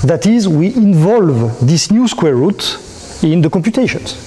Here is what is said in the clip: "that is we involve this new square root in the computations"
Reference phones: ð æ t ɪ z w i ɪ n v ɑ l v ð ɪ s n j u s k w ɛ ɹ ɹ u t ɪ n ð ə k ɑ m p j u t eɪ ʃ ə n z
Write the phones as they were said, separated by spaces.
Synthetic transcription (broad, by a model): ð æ t ɪ z w i ɪ n v ɑ l v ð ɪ s n j u s k w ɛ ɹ ɹ u t ɪ n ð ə k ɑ m p j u t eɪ ʃ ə n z